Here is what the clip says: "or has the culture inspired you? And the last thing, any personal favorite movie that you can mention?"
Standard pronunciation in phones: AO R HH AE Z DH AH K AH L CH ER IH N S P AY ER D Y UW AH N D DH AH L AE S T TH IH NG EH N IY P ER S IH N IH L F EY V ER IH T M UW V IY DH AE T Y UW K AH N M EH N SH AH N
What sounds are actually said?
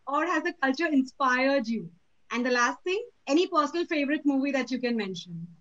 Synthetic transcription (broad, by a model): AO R HH AE Z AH K AH L CH ER IH N S P AY ER D Y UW AH N D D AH L AE S T T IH NG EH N IY P ER S IH N IH L F EY V ER IH T M UW V IY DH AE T Y UW K AH N M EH N SH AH N